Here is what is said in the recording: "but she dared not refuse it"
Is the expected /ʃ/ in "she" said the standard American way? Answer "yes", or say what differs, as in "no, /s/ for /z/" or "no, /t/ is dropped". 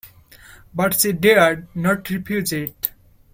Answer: no, /s/ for /ʃ/